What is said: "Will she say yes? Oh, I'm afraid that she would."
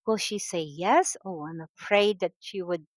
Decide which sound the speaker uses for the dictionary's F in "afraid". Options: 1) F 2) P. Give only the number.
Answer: 2